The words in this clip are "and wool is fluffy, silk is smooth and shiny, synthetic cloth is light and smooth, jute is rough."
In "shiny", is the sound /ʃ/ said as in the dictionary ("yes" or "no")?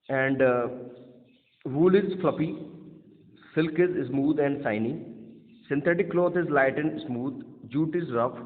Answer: no